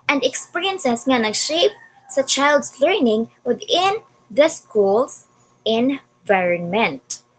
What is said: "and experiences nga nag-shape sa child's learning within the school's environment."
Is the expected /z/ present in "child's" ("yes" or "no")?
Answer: no